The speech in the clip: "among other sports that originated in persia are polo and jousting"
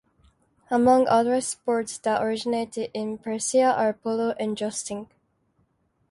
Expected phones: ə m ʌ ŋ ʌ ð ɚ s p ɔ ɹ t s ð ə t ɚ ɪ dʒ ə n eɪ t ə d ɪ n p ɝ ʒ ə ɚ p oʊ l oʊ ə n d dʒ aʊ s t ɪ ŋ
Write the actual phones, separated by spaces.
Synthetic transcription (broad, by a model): ə m ʌ ŋ ʌ ð ɚ s p ɔ ɹ t s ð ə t ɚ ɪ dʒ ə n eɪ t ə d ɪ n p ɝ s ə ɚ p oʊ l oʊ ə n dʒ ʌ s t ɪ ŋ